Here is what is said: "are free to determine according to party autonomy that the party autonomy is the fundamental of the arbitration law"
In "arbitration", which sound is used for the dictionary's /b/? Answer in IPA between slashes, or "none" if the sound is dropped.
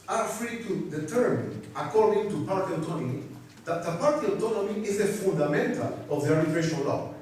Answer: none